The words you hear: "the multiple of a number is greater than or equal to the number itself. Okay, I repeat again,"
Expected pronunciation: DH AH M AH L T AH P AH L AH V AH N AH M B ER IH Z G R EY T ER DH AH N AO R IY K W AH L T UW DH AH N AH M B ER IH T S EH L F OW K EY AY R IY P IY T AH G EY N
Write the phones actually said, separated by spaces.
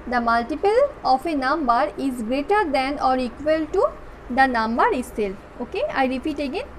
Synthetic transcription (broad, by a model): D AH M AH L T AH P AH L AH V AH N AH M B ER IH Z G R EY T ER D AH N AO R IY K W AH L T UW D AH N AH M B ER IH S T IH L OW K EY AY R IY P IY T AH G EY N